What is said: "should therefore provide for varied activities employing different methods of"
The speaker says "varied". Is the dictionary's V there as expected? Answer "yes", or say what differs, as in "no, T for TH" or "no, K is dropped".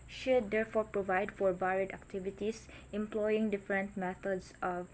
no, B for V